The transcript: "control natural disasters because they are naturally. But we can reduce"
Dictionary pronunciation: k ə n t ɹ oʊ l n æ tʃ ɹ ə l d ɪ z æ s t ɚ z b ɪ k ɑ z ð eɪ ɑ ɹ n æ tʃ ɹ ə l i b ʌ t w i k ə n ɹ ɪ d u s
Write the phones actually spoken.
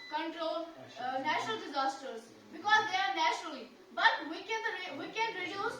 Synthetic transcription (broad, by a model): k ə n t ɹ oʊ l n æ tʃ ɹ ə l d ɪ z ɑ s t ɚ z b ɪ k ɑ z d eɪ ɑ ɹ n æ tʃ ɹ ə l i b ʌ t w i k ə n ɹ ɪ d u s